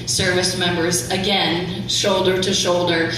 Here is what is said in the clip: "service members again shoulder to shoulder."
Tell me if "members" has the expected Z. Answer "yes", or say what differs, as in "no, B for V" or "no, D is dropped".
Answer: yes